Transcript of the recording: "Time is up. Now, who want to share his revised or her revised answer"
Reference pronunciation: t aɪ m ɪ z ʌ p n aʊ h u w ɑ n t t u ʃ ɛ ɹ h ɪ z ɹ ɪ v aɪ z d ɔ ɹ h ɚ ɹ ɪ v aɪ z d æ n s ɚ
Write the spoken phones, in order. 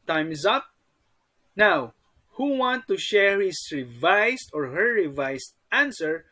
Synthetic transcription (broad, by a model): t aɪ m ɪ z ʌ p n aʊ h u w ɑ n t t u ʃ ɛ ɹ h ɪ s ɹ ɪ v aɪ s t ɔ ɹ h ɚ ɹ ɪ v aɪ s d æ n s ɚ